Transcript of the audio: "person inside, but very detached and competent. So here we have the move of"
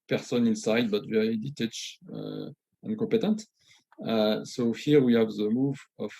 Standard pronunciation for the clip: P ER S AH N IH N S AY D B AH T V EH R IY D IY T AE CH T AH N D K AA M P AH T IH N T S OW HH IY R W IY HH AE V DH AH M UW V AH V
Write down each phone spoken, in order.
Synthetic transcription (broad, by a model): P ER S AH N IH N S AY D B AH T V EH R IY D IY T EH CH AH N K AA P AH T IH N T S OW HH IY R W IY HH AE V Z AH M UW V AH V